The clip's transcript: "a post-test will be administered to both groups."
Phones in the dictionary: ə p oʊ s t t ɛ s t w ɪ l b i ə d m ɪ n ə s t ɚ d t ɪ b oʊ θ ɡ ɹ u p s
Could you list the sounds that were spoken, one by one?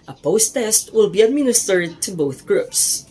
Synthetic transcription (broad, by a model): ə p oʊ s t t ɛ s t w ɪ l b i ə d m ɪ n ə s t ɚ d t ɪ b oʊ θ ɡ ɹ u p s